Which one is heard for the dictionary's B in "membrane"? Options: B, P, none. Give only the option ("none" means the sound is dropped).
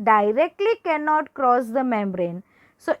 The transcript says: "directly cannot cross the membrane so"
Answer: B